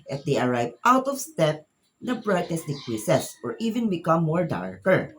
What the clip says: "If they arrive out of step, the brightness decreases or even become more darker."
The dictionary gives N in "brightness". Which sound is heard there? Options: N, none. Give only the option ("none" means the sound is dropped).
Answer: none